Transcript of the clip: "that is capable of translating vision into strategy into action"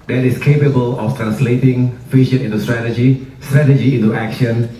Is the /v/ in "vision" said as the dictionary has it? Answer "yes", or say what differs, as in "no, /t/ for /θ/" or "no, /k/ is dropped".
no, /f/ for /v/